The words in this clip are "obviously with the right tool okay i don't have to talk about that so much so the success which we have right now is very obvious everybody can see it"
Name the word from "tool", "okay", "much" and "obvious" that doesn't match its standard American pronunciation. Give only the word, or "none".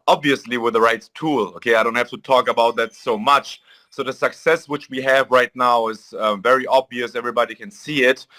none